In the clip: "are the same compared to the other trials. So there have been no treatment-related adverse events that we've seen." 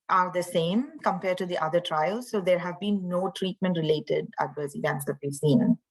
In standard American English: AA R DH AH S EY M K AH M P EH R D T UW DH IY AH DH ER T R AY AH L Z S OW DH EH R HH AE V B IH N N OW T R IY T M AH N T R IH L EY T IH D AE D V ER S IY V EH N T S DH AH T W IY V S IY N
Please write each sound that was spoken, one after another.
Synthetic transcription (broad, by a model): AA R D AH S EY M K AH M P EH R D T UW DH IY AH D ER T R AY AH L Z S OW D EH R HH AE V B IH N N OW T R IY T M AH N T R IH L EY T IH D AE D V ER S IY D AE T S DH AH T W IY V S IY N